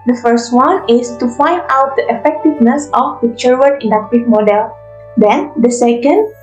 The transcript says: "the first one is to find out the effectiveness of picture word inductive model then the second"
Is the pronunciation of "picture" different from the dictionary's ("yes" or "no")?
yes